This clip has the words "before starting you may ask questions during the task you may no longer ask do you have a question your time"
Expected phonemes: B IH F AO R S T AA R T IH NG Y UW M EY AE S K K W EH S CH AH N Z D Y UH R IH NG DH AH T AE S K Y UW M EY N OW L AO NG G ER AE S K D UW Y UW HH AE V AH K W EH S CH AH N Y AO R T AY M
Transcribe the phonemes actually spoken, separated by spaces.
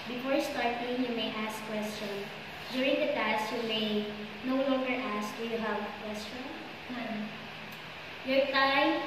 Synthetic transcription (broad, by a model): B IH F AO R S T AA R T IH NG Y UW M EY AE S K K W EH S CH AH N D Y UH R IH NG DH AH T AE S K Y UW M EY N OW L AO NG G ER AE S K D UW Y UW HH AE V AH K W EH S CH AH N Y AO R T AY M